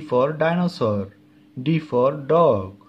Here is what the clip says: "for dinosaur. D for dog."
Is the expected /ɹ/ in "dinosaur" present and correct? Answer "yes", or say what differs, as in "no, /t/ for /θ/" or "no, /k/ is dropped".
yes